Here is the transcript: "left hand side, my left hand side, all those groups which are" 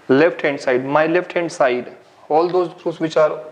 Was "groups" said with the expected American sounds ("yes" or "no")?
no